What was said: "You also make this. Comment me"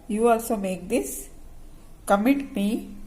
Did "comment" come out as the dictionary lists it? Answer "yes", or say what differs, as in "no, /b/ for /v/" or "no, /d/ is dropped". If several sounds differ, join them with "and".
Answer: no, /n/ is dropped